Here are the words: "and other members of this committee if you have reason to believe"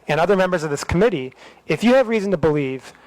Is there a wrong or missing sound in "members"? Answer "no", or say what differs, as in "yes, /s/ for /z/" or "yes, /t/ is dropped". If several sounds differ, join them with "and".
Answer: no